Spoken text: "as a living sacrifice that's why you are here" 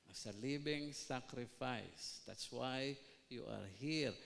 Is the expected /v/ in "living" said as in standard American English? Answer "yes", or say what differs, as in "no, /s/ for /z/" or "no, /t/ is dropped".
no, /b/ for /v/